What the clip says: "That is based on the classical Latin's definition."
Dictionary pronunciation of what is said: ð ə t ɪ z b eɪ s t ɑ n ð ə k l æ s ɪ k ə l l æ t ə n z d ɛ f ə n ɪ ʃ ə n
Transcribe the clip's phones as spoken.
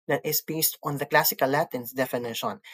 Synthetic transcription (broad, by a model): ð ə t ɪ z b eɪ s t ɑ n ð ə k l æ s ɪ k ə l l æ t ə n s d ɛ f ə n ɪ ʃ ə n